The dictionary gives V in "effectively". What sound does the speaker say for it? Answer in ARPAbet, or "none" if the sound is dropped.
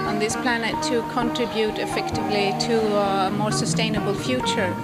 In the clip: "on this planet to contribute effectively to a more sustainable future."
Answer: V